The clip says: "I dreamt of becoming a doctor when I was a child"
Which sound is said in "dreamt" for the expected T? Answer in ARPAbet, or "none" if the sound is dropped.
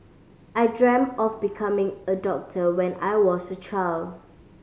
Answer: none